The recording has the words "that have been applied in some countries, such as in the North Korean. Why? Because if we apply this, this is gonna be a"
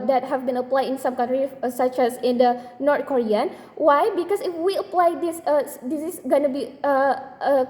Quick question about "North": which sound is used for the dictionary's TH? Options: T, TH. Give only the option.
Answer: T